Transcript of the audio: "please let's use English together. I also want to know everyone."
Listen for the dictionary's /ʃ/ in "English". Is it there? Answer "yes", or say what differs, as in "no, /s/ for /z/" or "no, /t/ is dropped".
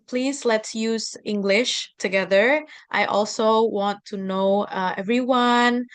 yes